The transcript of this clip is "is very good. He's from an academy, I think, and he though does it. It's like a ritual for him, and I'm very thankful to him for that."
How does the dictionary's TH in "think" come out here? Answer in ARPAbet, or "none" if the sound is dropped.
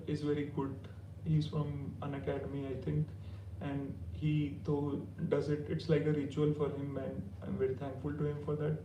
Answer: T